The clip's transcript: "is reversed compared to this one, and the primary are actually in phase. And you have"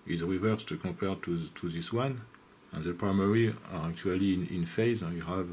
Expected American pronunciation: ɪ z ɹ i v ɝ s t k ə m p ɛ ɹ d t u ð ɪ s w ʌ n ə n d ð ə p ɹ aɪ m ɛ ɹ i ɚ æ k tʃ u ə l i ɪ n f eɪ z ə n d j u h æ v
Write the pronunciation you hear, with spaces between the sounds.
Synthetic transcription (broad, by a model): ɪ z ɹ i v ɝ s t k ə p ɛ ɹ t t u ð ɪ s w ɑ n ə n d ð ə p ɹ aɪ m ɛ ɹ i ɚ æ k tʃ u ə l i ɪ n f eɪ z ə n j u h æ v